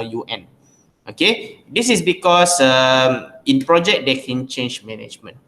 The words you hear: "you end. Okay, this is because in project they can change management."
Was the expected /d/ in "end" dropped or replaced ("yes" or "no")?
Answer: yes